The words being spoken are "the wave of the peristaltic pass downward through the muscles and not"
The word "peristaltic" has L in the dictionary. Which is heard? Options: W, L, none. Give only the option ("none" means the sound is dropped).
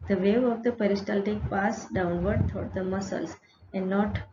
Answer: L